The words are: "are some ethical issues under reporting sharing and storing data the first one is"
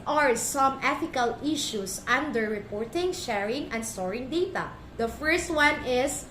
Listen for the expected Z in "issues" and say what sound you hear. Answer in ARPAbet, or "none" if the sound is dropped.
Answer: S